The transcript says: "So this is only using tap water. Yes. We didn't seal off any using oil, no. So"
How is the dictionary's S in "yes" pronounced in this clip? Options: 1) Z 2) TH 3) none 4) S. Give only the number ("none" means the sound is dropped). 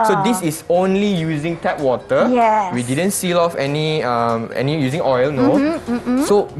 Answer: 3